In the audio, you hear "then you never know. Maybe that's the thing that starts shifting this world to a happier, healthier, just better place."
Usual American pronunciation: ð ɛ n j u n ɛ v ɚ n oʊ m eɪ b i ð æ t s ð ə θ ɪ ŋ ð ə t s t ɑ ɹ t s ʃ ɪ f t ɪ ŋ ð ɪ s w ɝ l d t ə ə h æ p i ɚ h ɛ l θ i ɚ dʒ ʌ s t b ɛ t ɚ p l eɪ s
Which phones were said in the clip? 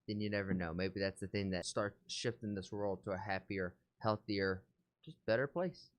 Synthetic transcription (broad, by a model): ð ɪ n j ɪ n ɛ v ɚ n oʊ m eɪ b i ð æ t s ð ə θ ɪ ŋ ð ə t s t ɑ ɹ t s ʃ ɪ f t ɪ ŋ ð ɪ s w ɝ l d t ə ə h æ p i ɚ h ɛ l θ i ɚ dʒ ʌ s b ɛ t ɚ p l eɪ s